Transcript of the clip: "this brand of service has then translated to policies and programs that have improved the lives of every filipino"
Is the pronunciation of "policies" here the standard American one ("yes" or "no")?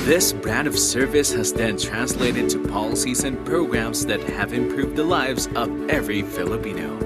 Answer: yes